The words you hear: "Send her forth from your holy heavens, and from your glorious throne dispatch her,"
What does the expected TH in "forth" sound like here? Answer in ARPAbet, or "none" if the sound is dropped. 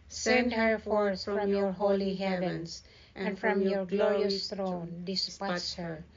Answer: S